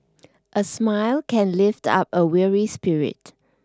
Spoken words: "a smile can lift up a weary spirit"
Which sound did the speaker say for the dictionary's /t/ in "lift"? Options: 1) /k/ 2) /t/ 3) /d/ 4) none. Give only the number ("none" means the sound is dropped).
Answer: 2